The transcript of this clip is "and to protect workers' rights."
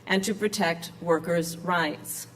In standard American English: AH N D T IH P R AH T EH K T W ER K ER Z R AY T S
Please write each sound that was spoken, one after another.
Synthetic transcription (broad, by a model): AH N T IH P R AH T EH K T W ER K ER Z R AY T S